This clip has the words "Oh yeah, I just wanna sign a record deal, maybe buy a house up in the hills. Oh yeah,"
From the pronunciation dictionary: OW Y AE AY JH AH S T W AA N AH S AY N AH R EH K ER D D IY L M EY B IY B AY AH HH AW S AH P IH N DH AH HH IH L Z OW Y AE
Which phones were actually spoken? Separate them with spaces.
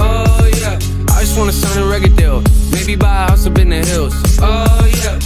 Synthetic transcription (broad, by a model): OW Y AE AY JH AH S T W AA N AH S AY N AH R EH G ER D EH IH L M EY B IY B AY AH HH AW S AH B IH N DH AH HH IH L Z OW Y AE